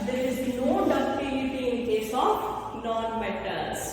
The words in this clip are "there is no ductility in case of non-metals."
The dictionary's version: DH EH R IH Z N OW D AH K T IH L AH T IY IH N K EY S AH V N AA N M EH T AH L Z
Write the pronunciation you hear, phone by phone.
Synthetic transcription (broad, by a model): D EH R IH Z N OW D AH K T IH N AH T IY IH N K EY S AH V N AA N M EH T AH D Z